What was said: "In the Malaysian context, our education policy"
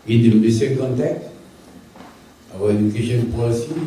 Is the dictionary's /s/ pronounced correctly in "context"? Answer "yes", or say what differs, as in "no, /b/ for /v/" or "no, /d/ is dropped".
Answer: no, /s/ is dropped